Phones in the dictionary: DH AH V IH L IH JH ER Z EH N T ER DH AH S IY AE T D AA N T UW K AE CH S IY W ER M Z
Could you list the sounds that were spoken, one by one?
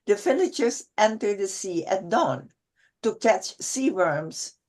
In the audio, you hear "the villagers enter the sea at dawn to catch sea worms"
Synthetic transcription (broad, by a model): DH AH F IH N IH CH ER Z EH N T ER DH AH S IY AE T D AA N T UW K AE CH S IY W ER M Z